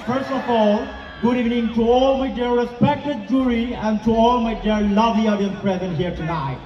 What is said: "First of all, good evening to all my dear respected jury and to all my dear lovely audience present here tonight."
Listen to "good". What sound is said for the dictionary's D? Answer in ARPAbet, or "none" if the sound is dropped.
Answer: D